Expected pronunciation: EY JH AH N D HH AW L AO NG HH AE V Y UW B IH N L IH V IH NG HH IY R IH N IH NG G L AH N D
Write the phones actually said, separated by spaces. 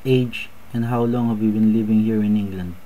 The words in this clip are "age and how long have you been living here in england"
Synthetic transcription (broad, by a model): EY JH AH N D HH AW L AO NG HH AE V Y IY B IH N L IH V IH NG HH IY R IH N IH NG G L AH N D